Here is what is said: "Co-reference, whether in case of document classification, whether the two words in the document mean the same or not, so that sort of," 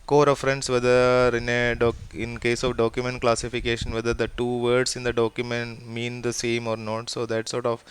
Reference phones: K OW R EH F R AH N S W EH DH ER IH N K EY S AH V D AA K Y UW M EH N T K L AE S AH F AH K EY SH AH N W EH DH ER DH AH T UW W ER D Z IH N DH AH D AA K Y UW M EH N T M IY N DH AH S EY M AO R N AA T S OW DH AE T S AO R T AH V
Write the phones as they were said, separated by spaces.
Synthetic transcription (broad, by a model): K OW R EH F R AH N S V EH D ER IH N K EY S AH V D AA K Y UW M EH N T K L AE S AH F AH K EY SH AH N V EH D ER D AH T UW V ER D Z IH N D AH D AA K Y UW M EH N T M IY N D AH S EY M AO R N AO T S OW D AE T S AO R T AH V